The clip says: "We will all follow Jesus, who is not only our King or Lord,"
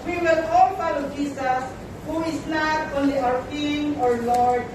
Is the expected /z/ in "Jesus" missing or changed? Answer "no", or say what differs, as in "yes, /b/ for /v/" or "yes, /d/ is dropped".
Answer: yes, /s/ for /z/